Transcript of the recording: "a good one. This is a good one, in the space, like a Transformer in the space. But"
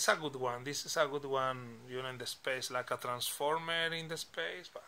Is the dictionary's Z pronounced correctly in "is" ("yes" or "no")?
no